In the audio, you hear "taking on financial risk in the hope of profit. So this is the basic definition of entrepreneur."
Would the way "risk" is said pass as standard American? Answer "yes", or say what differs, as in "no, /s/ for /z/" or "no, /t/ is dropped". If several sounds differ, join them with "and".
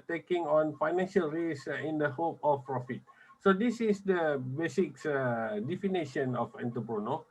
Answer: no, /k/ is dropped